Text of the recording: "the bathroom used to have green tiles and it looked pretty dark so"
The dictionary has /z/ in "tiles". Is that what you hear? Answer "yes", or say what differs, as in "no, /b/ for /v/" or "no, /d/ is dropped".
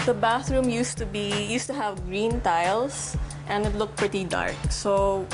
no, /s/ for /z/